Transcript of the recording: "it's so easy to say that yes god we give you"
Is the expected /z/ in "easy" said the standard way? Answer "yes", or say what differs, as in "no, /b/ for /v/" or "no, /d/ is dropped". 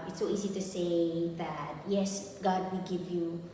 yes